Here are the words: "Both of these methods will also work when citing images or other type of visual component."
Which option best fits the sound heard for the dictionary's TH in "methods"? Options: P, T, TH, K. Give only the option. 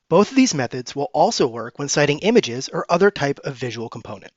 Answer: TH